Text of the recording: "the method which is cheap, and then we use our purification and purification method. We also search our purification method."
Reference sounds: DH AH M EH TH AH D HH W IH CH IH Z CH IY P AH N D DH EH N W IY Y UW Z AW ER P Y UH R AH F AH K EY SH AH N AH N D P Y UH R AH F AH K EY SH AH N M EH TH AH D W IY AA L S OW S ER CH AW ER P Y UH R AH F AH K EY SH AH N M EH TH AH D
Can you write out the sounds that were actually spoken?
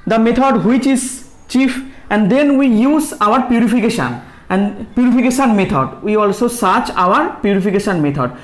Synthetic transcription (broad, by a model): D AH M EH T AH D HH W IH CH IH Z CH IY F AH N D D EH N W IY Y UW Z AW ER P Y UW R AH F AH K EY SH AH N AH N D P Y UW R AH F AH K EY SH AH N M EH T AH D W IY AA L S OW S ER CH AW ER P Y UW R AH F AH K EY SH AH N M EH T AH D